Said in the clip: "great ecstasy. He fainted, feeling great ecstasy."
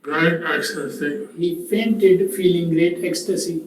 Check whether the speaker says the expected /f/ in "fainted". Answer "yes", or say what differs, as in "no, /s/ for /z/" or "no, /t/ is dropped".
no, /p/ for /f/